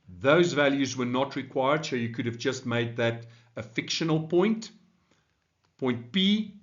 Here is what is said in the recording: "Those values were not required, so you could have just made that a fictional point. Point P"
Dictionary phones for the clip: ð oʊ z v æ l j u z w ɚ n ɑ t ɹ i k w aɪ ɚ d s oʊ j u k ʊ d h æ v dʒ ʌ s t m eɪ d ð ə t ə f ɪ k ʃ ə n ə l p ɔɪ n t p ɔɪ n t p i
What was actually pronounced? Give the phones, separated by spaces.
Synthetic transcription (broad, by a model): ð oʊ z v æ l j u z w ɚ n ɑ t ɹ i k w aɪ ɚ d s oʊ j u k ʊ d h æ v dʒ ʌ s t m eɪ d ð ə t ə f ɪ k ʃ ə n ə l p ɔɪ n t p ɔɪ n t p i